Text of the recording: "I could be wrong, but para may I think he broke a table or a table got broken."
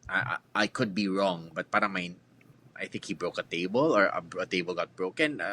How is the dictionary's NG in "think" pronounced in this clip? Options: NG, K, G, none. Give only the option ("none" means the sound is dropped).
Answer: NG